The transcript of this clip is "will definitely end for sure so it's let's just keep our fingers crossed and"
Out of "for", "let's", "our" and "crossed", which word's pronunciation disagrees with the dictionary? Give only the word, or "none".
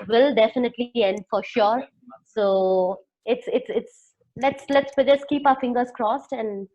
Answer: none